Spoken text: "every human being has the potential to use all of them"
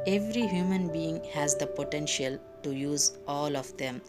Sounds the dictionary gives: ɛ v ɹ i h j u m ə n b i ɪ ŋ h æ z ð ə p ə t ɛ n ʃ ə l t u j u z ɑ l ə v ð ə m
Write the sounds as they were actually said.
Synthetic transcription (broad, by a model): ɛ v ɹ i h j u m ə n b i ɪ ŋ h æ z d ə p ə t ɛ n ʃ ə l t u j u z ɑ l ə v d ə m